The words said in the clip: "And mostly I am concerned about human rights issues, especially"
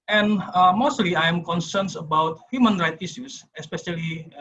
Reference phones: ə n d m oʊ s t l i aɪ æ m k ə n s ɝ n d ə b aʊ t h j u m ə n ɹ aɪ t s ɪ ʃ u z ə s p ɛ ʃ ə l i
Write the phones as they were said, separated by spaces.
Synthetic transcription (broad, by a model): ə n m oʊ s t l i aɪ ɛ m k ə n s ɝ n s ə b aʊ t h j u m ə n ɹ aɪ t i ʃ u s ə s p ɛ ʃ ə l i